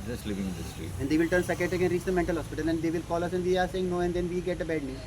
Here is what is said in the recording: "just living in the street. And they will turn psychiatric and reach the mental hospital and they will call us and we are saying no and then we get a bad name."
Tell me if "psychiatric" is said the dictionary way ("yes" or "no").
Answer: no